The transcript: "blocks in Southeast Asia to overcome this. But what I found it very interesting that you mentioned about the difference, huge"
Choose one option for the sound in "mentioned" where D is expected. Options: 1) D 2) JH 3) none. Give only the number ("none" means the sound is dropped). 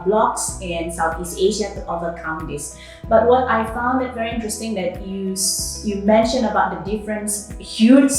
3